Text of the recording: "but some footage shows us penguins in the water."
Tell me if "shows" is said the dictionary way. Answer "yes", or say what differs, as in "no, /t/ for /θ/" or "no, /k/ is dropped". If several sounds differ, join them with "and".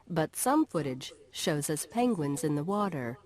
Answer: yes